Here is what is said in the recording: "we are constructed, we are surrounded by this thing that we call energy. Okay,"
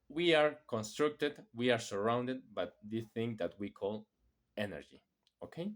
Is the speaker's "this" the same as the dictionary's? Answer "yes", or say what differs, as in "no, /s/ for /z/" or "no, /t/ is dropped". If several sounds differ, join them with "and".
no, /s/ is dropped